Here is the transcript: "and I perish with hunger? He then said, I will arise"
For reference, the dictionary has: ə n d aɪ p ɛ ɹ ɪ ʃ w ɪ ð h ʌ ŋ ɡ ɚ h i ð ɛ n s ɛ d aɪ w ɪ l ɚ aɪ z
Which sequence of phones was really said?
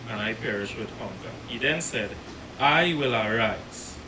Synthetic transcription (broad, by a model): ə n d aɪ p ɛ ɹ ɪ ʃ w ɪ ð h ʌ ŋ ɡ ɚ h i ð ɛ n s ɛ d aɪ w ɪ l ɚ aɪ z